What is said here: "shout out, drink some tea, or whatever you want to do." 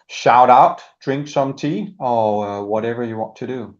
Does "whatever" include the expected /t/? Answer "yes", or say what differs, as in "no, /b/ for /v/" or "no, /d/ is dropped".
yes